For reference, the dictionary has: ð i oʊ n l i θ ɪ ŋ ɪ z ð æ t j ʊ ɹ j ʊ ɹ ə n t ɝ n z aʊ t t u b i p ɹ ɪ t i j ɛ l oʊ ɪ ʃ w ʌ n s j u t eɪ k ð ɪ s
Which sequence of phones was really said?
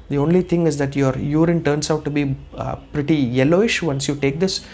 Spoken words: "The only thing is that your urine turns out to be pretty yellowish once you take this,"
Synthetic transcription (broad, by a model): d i oʊ n l i t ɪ ŋ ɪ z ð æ t j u ɹ j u ɹ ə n t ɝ n s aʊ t t u b i p ɹ ɪ t i j ɛ l oʊ ɪ ʃ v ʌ n s j u t eɪ k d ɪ s